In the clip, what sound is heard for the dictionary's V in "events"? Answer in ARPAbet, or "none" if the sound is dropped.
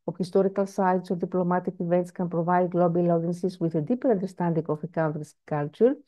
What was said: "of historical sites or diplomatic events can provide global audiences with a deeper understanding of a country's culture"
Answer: V